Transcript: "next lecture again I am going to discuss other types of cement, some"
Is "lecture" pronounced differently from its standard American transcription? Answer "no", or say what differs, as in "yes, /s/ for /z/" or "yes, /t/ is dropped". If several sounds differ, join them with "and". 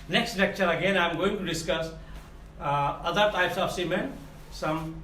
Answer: yes, /n/ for /l/